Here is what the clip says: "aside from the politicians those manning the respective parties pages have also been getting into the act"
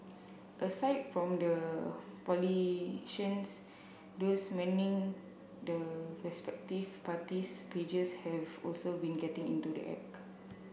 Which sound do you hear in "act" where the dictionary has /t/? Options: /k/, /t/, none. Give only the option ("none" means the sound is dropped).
none